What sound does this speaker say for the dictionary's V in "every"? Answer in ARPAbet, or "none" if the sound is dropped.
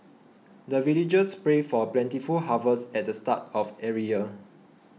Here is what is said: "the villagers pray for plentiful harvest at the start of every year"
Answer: none